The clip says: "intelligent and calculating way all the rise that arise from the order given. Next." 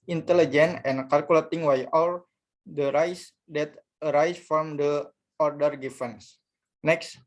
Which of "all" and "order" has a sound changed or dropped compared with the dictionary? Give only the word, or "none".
none